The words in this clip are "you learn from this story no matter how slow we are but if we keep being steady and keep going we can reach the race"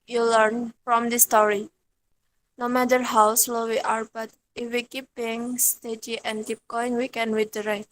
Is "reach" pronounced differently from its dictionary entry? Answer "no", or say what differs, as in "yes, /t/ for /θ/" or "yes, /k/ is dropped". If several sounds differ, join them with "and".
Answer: yes, /w/ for /ɹ/